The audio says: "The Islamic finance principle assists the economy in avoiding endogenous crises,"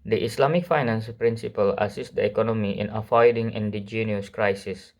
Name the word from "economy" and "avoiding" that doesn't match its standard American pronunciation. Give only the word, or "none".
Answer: avoiding